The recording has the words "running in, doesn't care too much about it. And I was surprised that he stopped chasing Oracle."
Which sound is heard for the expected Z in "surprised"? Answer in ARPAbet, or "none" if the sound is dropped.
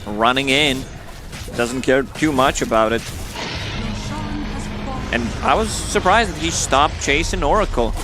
Z